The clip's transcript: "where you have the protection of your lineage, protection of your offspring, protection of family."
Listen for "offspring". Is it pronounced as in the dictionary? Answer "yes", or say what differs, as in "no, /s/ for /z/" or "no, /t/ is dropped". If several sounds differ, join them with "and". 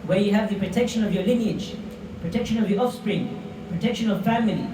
yes